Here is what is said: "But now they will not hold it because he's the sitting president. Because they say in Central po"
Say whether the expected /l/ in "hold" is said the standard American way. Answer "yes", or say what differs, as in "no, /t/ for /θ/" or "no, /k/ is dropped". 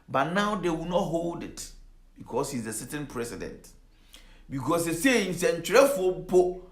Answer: yes